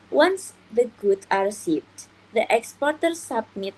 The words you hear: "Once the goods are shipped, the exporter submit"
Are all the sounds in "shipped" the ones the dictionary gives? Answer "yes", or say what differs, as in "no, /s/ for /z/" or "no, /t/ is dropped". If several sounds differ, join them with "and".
no, /s/ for /ʃ/